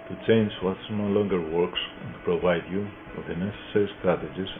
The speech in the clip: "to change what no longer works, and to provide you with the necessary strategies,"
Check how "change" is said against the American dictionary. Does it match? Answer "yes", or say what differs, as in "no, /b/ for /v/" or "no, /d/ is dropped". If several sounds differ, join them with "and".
yes